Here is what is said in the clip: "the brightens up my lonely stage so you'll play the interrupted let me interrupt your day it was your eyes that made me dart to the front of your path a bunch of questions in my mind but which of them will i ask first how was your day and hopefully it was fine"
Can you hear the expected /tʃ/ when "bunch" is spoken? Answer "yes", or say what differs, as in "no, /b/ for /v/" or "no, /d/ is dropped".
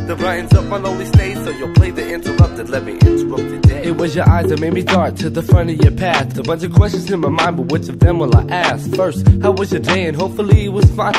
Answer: yes